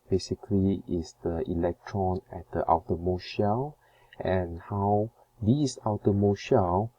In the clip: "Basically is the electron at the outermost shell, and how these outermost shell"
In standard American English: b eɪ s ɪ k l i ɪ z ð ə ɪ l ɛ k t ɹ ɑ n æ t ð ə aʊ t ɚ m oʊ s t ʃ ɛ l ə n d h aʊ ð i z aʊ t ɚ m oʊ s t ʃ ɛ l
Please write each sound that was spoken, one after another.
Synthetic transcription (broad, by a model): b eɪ s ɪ k l i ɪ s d ə ɪ l ɛ k t ɹ ɑ n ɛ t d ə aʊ t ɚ m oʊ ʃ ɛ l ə n h aʊ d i s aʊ t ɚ m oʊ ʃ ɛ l